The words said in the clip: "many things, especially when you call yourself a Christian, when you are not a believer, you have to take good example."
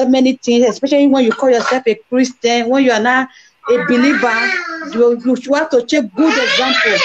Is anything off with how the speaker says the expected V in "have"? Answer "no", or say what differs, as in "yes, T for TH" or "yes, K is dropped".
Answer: yes, W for V